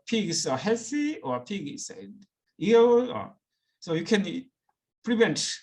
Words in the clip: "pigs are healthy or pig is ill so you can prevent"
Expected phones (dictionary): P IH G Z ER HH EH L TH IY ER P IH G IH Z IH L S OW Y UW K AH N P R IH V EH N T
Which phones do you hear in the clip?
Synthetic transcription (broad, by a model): P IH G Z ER HH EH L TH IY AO P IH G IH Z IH N S OW Y UW K AH N P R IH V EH N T